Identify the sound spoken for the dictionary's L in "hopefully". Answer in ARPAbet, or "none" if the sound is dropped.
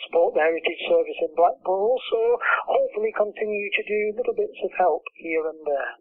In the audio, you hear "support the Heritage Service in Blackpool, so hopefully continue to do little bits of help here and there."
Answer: L